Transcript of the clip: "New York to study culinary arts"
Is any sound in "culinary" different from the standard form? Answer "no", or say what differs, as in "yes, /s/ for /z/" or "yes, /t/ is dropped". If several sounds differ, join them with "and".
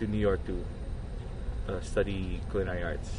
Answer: yes, /ɹ/ is dropped